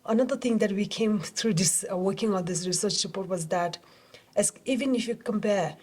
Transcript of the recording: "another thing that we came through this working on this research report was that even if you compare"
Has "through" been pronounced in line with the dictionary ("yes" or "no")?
no